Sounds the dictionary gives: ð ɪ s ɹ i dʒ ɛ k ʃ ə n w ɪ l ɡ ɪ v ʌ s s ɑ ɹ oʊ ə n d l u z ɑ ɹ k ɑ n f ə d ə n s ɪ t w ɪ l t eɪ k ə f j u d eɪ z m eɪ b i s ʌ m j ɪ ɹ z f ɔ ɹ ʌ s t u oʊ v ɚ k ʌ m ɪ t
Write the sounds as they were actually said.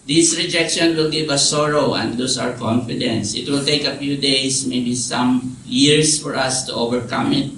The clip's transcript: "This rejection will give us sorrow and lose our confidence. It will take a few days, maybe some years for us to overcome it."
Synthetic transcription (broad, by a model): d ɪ s ɹ i dʒ ɛ k ʃ ə n w ɪ l ɡ ɪ v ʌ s s ɑ ɹ oʊ ə n d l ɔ s ɑ ɹ k ɑ n f ə d ə n s ɪ t w ɪ l t eɪ k ə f j u d eɪ s m eɪ b i s ʌ m j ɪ ɹ s f ɔ ɹ ʌ s t u oʊ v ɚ k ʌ m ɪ t